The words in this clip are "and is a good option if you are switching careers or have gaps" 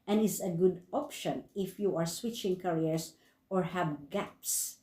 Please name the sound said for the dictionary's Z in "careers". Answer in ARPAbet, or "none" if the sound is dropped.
S